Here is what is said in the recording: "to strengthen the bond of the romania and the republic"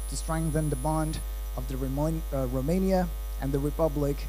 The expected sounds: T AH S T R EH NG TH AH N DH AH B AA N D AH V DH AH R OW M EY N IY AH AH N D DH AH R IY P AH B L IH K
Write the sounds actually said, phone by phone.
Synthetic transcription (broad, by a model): T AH S T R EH NG TH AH N DH AH B AA N D AH V DH AH R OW M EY N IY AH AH N DH AH R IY P AH B L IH K